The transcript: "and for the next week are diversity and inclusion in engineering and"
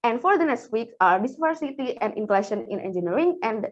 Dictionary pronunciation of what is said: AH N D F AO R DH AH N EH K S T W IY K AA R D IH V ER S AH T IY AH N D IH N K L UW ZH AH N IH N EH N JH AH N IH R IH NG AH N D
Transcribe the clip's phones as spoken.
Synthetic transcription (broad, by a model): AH N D F AO R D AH N EH K S T W IY K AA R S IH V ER S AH T IY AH N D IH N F L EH SH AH N IH N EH N JH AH N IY R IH NG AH N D